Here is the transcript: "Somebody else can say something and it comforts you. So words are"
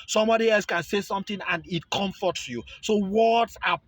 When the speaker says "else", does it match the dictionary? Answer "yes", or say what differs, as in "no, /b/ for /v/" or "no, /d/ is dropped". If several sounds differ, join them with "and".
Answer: yes